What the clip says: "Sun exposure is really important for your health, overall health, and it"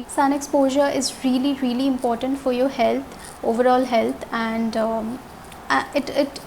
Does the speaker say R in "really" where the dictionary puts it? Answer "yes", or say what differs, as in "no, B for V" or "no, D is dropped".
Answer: yes